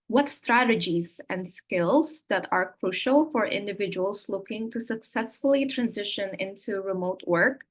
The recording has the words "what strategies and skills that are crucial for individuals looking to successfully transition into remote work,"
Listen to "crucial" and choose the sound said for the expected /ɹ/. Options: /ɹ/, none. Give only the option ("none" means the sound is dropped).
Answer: /ɹ/